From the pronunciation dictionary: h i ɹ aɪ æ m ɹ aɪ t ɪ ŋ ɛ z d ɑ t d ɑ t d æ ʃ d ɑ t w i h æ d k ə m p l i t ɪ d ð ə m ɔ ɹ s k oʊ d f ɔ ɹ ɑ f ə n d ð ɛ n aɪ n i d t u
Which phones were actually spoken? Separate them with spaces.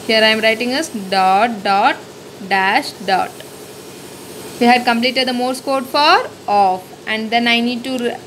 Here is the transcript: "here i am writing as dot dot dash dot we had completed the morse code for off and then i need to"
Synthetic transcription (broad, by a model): h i ɹ aɪ m ɹ aɪ t ɪ ŋ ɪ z d ɑ t d ɑ t d æ ʃ d ɑ t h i h æ d k ə m p l i t ɪ d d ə m ɔ ɹ s k oʊ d f ɔ ɹ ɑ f ə n d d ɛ n aɪ n i d t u